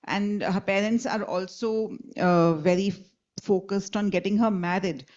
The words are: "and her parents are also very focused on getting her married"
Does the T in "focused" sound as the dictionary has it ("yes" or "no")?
yes